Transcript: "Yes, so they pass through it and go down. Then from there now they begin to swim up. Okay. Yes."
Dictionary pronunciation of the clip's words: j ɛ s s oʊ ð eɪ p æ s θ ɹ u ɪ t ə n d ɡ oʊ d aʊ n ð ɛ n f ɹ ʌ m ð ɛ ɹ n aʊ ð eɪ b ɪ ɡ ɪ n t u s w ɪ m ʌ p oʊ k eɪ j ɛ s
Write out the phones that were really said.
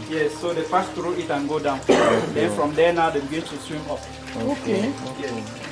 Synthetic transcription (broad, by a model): j ɛ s s oʊ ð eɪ f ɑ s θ ɹ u ɪ t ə n ɡ oʊ d aʊ n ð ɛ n f ɹ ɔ m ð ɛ n aʊ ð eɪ b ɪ ɡ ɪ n t u s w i m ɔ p oʊ k eɪ j ɛ s